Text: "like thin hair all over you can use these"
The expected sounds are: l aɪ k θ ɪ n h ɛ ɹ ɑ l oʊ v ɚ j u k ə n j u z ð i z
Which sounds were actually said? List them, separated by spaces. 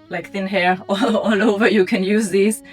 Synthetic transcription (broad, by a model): l aɪ k θ ɪ n h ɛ ɹ ɑ l oʊ v ɚ j u k ə n j u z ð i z